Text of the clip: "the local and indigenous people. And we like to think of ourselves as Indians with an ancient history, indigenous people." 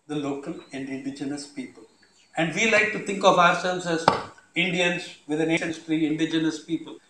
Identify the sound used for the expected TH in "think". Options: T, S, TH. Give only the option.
T